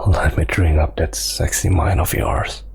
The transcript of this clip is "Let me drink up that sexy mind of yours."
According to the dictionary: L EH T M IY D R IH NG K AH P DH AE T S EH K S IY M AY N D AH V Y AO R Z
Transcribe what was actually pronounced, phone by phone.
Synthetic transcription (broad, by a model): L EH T M IY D R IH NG AH P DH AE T S EH K S IY M AY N AH V Y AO R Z